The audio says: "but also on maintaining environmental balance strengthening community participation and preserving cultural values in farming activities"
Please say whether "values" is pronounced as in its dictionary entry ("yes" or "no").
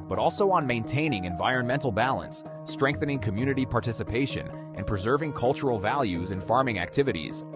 yes